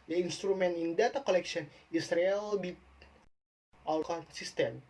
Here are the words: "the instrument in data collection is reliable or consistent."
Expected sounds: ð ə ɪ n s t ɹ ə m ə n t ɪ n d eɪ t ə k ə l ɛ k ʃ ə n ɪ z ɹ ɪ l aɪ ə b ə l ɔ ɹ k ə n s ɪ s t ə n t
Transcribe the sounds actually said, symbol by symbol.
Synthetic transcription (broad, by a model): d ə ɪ n s t ɹ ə m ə n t ɪ n d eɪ t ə k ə l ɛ k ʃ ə n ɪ s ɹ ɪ l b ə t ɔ l k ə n s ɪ s t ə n